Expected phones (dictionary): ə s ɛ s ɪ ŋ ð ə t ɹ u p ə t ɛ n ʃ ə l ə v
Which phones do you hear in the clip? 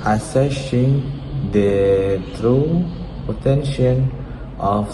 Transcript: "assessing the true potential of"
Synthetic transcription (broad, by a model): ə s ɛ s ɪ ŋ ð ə t ɹ u p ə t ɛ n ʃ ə n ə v